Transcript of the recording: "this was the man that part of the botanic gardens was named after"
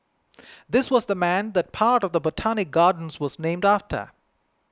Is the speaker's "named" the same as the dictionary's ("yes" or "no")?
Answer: yes